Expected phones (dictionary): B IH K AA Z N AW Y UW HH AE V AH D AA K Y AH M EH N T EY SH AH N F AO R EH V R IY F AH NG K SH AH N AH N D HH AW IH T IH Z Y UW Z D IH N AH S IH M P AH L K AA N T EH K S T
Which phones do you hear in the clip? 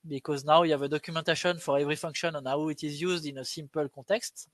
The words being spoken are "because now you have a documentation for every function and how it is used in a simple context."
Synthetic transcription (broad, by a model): B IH K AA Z N AW Y UW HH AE V AH D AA K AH M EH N T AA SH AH N F AO R EH V R IY F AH NG K SH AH N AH N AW IH T IH Z Y UW Z D IH N AH S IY M P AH L K AA T EH K S T